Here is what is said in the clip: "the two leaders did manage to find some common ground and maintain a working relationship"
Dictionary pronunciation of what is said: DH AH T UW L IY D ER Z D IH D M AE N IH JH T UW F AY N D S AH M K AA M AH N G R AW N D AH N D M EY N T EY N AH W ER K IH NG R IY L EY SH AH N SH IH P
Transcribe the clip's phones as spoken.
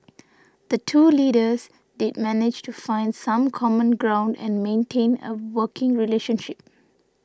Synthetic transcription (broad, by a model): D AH T UW L IY D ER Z D IH D M AE N IH JH T UW F AY N D S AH M K AA M AH N G R AW N D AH N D M EY N T EY N AH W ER K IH NG R IY L EY SH AH N SH IH P